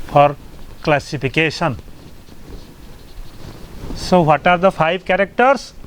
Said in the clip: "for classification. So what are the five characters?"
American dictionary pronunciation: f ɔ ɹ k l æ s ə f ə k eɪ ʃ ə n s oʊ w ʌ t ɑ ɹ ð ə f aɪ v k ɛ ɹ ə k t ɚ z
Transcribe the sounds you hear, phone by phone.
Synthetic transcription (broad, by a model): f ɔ ɹ k l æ s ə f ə k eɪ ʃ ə n s oʊ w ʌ t ɑ ɹ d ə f aɪ b k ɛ ɹ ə k t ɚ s